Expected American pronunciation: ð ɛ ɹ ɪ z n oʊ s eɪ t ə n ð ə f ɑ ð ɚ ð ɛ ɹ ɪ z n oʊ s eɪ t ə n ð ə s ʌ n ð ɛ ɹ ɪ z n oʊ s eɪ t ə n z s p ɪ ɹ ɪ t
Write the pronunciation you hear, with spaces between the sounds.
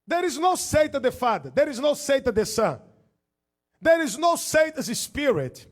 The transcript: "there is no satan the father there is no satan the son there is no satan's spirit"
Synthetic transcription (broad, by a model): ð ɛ ɹ ɪ z n oʊ s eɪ t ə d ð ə f ɑ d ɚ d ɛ ɹ ɪ z n oʊ s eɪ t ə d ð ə s ʌ n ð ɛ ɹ ɪ z n oʊ s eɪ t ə z s p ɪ ɹ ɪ t